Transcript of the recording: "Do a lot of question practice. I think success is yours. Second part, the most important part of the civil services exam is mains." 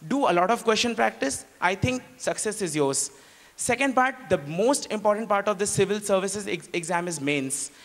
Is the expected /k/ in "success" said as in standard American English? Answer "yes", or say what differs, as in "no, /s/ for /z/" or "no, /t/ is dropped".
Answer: yes